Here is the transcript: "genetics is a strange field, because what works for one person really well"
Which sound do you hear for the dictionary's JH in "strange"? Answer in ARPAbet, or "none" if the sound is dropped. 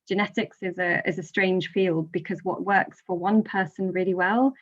ZH